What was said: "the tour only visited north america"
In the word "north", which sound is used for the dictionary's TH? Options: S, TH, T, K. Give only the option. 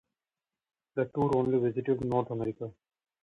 T